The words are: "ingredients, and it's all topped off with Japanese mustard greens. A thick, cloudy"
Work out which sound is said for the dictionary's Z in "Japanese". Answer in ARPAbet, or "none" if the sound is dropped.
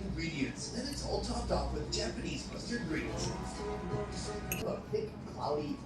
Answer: Z